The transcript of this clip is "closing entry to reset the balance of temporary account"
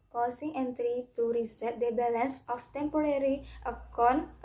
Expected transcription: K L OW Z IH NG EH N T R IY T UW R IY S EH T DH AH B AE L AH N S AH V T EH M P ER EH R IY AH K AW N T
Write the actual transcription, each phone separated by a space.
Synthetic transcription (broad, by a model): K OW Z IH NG EH N T R IY T UW R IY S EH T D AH B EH L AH N S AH F T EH M P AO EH R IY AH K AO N